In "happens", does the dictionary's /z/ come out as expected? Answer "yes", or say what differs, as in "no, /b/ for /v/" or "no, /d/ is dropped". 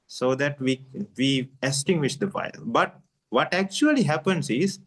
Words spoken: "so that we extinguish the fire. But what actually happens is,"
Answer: no, /s/ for /z/